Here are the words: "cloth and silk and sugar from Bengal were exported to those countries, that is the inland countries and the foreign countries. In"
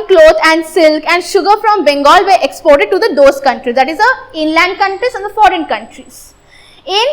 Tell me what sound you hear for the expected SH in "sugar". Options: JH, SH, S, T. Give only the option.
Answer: SH